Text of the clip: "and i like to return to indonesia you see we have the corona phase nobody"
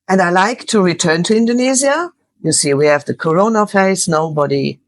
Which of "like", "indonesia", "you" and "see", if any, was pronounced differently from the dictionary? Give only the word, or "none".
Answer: indonesia